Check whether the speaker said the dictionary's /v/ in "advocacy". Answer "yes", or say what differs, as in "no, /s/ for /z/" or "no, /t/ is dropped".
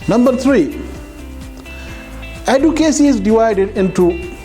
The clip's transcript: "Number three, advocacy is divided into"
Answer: no, /v/ is dropped